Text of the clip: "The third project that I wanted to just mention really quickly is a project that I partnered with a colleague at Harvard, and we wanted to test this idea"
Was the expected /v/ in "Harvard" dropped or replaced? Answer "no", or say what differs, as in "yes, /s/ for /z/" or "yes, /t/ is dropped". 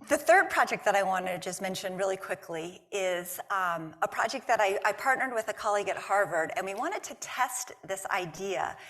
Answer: no